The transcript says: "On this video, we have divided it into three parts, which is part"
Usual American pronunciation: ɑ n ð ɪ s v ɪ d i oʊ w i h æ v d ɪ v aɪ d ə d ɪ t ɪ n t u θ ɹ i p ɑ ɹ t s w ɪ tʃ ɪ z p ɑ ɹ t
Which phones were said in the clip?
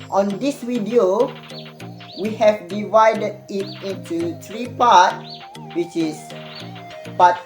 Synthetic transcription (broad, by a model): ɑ n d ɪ s w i d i oʊ w i h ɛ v d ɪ v aɪ d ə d ɪ t ɪ n t u t ɹ i p ɑ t w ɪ tʃ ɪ s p ɑ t